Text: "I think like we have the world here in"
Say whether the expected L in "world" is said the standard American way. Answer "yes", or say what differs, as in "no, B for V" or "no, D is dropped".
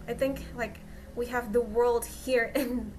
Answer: yes